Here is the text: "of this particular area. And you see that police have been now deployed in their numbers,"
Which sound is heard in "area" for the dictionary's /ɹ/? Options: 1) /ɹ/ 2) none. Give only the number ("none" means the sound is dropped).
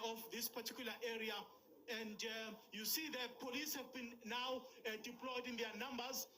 1